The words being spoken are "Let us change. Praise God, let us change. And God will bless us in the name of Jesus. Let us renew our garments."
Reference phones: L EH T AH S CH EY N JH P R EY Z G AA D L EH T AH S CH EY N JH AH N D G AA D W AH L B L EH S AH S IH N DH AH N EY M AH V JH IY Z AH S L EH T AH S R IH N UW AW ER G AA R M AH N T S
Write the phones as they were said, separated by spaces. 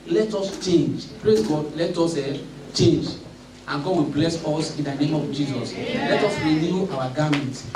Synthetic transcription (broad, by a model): L EH T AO S CH EY N JH P R EY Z G AA D L EH T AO S CH EY N JH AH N G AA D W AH B L EH S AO S IH N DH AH N EY M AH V JH IY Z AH S L EH T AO S R IH N UW AW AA G AA M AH N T